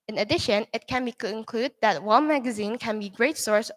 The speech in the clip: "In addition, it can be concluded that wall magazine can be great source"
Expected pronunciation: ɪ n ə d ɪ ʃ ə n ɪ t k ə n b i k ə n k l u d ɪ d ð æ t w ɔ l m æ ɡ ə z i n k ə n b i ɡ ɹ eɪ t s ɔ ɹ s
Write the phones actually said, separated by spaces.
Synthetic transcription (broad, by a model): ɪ n ə d ɪ ʃ ə n ɪ t k ə n b i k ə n k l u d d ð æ t w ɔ n m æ ɡ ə z i n k ə n b i ɡ ɹ eɪ t s ɔ ɹ s